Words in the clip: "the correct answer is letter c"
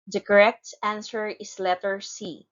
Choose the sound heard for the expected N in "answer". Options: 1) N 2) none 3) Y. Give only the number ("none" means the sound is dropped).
1